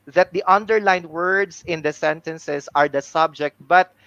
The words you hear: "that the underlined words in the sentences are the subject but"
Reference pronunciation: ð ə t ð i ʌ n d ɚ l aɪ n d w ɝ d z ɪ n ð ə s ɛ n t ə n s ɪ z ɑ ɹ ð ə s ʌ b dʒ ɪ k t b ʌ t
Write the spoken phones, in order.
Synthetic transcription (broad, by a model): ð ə t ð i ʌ n d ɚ l aɪ n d w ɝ d s ɪ n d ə s ɛ n t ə n s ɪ s ɑ ɹ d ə s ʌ b dʒ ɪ k t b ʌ t